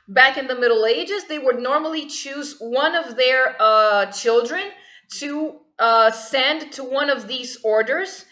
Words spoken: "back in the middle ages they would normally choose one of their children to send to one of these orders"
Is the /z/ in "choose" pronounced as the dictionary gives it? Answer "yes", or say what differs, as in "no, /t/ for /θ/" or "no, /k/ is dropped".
yes